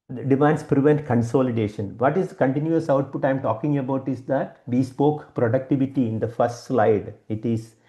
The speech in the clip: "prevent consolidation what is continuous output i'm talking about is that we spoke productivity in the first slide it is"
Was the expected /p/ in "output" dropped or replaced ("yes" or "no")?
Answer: no